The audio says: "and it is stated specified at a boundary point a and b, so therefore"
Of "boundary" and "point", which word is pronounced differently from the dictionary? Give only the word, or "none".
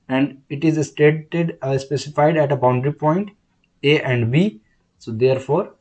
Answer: none